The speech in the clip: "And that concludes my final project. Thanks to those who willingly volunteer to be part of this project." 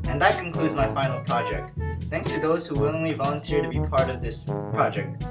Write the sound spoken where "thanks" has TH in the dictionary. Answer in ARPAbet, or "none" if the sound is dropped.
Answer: TH